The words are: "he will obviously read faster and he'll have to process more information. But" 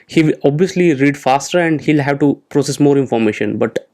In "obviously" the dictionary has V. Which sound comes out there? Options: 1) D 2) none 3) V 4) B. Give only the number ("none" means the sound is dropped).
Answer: 3